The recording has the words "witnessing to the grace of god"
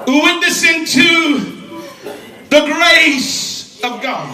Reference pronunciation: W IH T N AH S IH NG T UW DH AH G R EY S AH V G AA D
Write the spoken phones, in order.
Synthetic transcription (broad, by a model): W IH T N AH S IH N T UW DH AH G R EY S AH V G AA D